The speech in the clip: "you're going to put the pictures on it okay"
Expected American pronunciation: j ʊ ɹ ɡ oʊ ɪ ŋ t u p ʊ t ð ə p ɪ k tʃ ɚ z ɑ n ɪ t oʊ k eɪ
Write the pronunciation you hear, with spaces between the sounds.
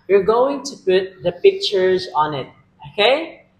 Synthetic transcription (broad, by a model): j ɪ ɹ ɡ oʊ ɪ ŋ t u p ʊ t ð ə p ɪ k tʃ ɚ z ɑ n ɪ t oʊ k eɪ